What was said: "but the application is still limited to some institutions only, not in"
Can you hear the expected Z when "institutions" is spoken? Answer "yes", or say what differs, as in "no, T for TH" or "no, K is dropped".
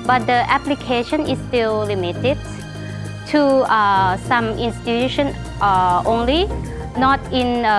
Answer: no, Z is dropped